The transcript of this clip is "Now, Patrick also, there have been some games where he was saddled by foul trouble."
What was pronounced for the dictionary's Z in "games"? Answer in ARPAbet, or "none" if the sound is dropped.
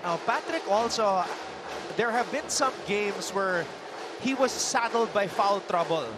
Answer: S